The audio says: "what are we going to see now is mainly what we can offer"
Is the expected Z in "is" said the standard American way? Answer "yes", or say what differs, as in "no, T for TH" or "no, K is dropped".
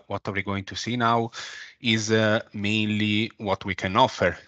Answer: yes